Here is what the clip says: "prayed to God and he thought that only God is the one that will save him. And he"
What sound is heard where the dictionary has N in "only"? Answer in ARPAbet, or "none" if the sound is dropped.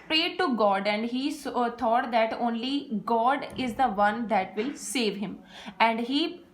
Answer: N